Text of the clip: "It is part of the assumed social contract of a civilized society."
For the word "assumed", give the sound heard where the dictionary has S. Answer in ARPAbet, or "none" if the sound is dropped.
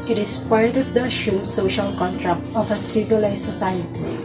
SH